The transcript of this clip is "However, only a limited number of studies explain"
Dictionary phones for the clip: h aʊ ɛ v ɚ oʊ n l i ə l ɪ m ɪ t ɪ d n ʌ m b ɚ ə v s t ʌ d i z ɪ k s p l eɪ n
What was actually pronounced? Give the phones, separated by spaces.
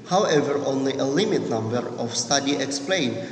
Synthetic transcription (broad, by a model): h aʊ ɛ v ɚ oʊ n l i ə l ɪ m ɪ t n ʌ m b ɚ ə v s t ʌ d i ɪ k s p l eɪ n